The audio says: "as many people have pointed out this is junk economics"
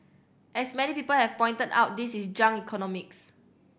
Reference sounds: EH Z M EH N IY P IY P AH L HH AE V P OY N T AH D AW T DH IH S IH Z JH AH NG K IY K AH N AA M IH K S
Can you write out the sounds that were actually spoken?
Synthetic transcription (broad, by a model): EH S M EH N IY P IY P AH L HH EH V P OY N T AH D AW T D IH S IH S JH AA NG IY K AH N AA M IH K S